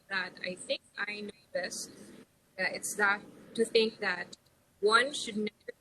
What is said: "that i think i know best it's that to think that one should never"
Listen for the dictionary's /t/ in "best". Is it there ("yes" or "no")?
no